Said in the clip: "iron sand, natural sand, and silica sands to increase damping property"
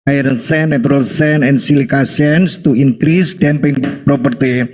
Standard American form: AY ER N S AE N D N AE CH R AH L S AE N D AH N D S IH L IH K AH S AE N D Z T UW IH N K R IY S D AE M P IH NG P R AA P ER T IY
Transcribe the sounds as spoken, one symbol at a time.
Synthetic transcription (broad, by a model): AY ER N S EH N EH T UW R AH L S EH N AH N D S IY L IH K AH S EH N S T UW IH N K R IY S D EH M P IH NG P R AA P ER T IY